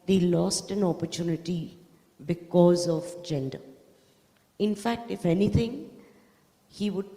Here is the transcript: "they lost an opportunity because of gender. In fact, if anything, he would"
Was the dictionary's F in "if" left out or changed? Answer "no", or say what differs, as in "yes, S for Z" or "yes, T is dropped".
no